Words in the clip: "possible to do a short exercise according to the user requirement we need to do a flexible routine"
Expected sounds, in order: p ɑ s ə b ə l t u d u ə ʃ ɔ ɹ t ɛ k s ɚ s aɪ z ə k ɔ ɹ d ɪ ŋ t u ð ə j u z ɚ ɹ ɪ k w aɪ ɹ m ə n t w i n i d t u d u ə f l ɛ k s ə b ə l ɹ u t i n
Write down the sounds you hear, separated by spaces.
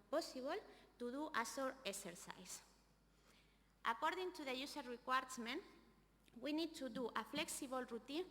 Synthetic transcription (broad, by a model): p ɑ s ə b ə l t u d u ə s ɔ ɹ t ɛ k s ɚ s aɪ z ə k ɔ ɹ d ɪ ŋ t u ð ə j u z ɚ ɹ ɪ k w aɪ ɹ m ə n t w i n i d t u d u ə f l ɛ k s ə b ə l ɹ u t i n